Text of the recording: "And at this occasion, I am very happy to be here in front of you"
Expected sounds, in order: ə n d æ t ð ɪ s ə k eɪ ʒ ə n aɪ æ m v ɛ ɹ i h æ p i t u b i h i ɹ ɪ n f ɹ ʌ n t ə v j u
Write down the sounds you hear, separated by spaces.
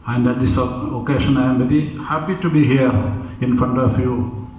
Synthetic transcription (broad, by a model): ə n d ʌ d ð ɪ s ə k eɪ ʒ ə n aɪ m b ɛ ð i h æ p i t u b i h i ɹ ɪ n f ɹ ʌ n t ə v j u